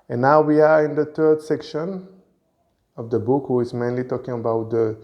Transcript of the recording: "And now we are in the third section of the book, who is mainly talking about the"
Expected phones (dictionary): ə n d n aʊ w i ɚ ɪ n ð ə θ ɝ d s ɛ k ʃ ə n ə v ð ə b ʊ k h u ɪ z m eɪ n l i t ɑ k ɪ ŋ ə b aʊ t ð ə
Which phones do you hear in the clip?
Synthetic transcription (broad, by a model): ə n n aʊ w i ɚ ɪ n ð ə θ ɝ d s ɛ k ʃ ə n ə v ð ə b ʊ k h u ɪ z m eɪ n l i t ɑ k ɪ ŋ ə b aʊ t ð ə